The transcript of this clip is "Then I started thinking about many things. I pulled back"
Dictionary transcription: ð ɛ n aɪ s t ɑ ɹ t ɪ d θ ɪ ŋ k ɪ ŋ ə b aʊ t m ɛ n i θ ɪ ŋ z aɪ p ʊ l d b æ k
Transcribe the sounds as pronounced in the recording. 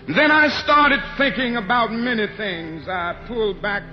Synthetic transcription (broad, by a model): ð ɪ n aɪ s t ɑ ɹ t ɪ d θ ɪ ŋ k ɪ ŋ ə b aʊ t m ɛ n i θ ɪ ŋ z aɪ p ʊ l d b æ k